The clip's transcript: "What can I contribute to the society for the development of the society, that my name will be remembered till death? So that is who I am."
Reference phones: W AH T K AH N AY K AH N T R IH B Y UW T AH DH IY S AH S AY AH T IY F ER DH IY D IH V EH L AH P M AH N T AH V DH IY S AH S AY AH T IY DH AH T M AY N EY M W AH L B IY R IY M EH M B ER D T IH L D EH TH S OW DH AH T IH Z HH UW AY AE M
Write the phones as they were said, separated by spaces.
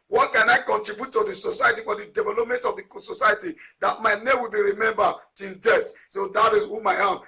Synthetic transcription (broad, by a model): W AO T K AH N AY K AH N T R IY B Y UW T AH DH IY S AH S AY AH T IY F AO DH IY D IH V EH L AH P M AH N T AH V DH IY S AH S AY AH T IY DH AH T M AY N EY M W AH L B IY R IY M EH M B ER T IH N D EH T S OW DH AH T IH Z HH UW AY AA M